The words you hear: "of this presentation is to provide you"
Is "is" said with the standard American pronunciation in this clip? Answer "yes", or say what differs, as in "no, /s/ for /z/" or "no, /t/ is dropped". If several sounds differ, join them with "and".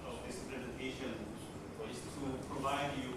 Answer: no, /s/ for /z/